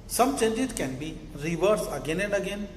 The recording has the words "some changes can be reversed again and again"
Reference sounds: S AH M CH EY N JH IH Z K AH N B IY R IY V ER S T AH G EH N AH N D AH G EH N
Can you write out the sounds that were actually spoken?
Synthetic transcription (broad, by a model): S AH M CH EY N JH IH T K AH N B IY R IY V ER S AH G EH N AH N D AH G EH N